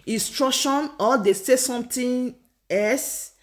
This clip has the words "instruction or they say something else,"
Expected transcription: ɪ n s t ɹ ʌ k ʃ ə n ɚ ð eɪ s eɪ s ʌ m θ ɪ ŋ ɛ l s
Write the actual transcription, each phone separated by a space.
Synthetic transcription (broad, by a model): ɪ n s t ɹ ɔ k ʃ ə n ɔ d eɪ s eɪ s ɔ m t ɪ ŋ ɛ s